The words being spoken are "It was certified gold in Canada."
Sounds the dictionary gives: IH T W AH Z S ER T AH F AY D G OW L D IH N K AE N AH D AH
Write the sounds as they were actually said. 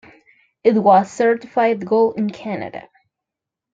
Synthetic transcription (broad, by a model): IH T W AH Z S ER T AH F AY D G OW L IH N K AE N AH D AH